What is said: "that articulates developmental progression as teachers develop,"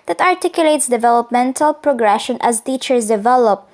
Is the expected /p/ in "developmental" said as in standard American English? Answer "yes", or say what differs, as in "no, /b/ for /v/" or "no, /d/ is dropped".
yes